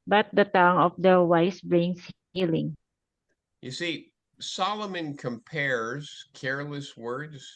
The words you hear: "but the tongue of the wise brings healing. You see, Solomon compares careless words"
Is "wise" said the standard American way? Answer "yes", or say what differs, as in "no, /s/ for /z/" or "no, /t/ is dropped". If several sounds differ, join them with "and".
no, /s/ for /z/